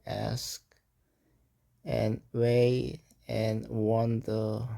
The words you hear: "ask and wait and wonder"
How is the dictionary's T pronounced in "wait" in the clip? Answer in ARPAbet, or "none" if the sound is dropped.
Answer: none